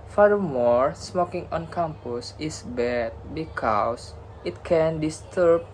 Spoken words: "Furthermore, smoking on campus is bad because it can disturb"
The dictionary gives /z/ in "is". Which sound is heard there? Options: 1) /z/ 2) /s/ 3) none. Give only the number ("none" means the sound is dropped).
2